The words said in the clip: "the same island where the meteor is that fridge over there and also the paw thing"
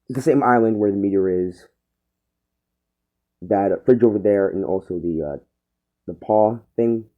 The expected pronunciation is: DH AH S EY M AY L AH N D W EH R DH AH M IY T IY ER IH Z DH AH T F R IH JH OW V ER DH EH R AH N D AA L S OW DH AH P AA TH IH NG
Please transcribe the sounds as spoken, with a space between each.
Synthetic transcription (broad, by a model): DH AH S EY M AY L AH N D W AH R DH AH M IY T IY ER IH Z DH AH T F R IH JH OW V ER DH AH R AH N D AA L S OW DH AH P AA TH IH NG